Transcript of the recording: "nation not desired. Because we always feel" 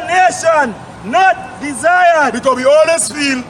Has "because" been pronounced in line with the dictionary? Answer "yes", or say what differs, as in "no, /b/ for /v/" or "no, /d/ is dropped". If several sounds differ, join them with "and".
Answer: no, /z/ is dropped